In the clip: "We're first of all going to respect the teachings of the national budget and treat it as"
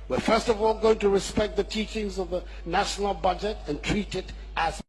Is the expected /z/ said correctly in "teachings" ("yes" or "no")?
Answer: yes